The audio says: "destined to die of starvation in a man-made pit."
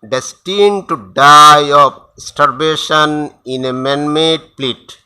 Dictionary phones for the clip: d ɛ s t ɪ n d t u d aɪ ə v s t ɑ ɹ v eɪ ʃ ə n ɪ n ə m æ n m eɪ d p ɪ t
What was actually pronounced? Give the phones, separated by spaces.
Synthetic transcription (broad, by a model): d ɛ s t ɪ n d t u d aɪ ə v s t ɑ ɹ b eɪ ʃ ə n ɪ n ə m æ n m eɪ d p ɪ t